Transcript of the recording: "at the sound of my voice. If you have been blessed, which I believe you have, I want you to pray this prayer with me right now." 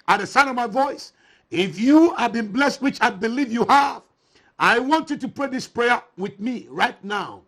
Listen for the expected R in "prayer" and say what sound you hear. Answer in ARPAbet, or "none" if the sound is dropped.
R